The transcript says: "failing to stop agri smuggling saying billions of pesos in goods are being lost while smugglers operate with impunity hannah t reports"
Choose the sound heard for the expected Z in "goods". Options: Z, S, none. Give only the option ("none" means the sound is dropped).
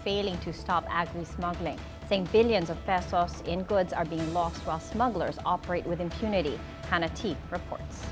Z